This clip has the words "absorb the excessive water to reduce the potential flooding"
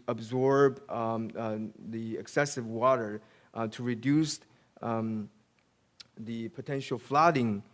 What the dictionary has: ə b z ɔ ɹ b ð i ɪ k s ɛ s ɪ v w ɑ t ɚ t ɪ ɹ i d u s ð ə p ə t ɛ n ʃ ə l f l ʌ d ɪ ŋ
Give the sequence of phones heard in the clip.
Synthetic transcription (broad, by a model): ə b z ɔ ɹ b ð i ɪ k s ɛ s ɪ v w ɑ t ɚ t ɪ ɹ i d u s ð ə p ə t ɛ n ʃ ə l f l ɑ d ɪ ŋ